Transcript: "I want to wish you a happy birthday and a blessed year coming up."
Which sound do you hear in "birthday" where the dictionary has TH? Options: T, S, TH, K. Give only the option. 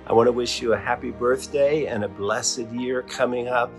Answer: TH